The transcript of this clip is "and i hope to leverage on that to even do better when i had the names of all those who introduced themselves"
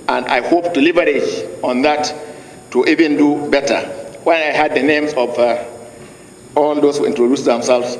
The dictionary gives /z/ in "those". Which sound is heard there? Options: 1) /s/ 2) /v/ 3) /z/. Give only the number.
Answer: 1